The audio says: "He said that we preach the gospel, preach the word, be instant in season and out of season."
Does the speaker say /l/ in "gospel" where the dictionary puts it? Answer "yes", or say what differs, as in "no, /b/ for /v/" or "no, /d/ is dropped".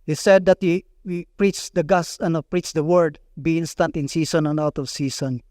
no, /n/ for /l/